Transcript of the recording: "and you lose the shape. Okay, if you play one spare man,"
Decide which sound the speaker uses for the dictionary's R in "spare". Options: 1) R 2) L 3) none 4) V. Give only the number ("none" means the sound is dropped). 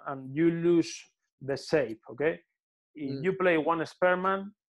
1